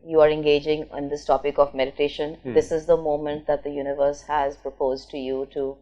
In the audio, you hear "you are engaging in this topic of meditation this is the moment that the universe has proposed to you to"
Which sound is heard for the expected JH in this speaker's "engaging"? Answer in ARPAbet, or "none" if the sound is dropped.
JH